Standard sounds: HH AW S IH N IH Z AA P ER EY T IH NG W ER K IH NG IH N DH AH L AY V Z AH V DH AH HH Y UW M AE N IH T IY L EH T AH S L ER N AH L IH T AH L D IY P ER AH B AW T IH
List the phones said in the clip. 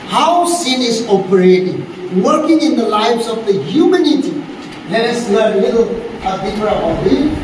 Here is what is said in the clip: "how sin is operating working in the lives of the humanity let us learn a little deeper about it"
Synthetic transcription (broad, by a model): HH AW S IH N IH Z AA P ER EY T IH NG W ER K IH NG IH N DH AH L AY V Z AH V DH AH HH Y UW M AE N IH T IY L EH T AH S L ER AH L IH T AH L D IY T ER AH AW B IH